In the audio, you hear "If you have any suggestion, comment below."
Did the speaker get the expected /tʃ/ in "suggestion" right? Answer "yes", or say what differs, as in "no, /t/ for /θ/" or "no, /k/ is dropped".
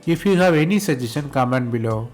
no, /tʃ/ is dropped